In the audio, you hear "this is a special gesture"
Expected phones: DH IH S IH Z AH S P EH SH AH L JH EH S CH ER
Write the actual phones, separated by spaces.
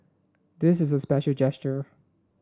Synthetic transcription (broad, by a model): DH IH S IH Z AH S P EH SH L JH EH S CH ER